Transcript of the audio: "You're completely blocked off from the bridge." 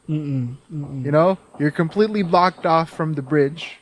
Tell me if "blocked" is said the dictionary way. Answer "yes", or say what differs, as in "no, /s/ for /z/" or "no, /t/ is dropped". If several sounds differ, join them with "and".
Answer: yes